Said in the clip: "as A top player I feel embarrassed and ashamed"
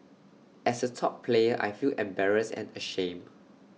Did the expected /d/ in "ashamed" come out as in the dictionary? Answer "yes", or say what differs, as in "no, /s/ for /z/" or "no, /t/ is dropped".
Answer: no, /d/ is dropped